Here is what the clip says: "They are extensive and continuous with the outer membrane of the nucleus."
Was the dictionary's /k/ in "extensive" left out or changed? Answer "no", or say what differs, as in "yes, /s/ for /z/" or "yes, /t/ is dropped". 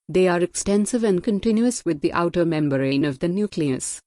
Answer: no